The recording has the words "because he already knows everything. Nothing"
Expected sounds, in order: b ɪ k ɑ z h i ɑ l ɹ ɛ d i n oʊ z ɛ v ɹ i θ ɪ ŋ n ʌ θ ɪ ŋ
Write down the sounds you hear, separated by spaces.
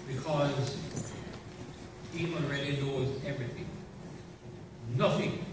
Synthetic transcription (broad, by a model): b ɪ k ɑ z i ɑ n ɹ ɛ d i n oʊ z ɛ v ɹ i θ ɪ ŋ n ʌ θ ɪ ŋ